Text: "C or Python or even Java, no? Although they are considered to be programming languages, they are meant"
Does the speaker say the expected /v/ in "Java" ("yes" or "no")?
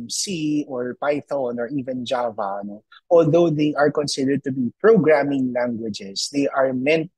yes